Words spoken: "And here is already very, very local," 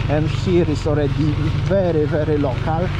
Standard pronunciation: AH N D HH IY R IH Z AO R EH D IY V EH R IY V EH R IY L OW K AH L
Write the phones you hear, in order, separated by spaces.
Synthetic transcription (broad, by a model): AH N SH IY R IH S AO R EH D IY V EH R IY V EH R IY L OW K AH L